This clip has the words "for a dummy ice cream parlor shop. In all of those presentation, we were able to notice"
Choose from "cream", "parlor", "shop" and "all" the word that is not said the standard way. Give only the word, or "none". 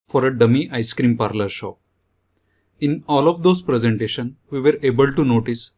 shop